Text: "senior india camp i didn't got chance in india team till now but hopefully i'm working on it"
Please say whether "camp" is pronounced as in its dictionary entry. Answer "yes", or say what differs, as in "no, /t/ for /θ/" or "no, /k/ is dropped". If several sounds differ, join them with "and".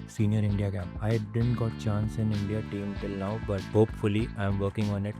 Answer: no, /p/ is dropped